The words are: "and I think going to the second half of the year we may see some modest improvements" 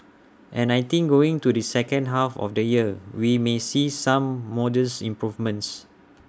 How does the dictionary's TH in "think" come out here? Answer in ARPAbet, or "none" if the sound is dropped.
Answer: T